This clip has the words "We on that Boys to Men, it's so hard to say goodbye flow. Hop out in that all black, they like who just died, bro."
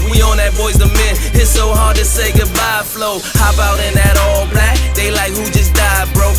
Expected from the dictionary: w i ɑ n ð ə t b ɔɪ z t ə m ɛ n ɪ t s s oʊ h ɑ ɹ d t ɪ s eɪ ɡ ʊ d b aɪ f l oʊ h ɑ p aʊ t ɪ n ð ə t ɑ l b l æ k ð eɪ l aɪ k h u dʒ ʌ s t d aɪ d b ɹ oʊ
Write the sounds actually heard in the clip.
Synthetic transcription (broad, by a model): w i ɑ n ð ə t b ɔɪ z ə m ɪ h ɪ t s s oʊ h ɑ ɹ d t ɪ s eɪ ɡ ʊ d b aɪ f l oʊ h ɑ b aʊ t ɪ n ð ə t ɑ l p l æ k ð eɪ l aɪ k h u dʒ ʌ s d aɪ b ɹ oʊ